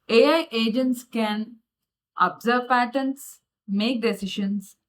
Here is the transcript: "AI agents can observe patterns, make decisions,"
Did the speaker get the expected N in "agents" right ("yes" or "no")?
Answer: yes